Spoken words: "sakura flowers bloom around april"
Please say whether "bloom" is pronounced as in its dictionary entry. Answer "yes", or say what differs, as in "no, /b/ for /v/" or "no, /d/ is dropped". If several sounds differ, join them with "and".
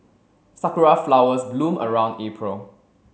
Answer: yes